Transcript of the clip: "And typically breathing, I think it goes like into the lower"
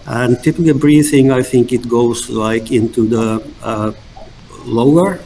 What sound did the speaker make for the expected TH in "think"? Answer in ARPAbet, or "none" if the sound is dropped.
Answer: TH